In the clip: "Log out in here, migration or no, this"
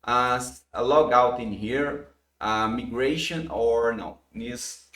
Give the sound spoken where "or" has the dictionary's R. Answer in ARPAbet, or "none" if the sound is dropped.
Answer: R